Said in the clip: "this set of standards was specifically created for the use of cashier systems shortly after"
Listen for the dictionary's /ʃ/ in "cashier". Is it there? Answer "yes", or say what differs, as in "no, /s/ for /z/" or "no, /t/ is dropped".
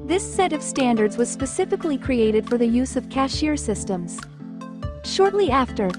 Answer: yes